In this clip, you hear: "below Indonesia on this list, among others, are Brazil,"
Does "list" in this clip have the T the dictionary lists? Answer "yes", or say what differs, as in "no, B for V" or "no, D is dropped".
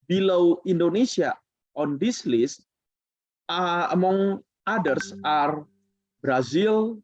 no, T is dropped